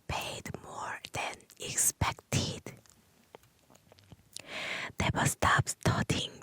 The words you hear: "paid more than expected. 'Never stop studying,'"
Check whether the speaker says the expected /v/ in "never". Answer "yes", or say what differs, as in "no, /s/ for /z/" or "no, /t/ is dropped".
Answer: no, /b/ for /v/